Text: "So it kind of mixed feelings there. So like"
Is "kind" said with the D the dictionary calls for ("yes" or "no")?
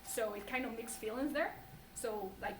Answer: yes